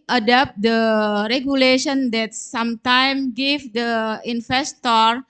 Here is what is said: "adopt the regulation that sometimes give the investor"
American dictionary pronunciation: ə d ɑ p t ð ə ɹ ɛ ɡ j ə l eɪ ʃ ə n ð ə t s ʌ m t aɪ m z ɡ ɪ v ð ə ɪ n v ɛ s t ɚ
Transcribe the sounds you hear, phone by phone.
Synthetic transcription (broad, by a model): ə d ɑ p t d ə ɹ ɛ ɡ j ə l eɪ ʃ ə n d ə t s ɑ m t aɪ m ɡ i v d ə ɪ n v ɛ s t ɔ